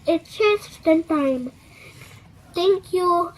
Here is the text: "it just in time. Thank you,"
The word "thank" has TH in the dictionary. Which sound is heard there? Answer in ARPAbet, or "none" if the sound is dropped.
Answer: T